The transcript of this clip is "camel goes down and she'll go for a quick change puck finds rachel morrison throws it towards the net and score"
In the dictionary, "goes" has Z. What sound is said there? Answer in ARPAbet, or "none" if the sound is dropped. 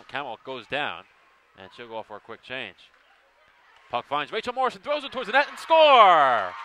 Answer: Z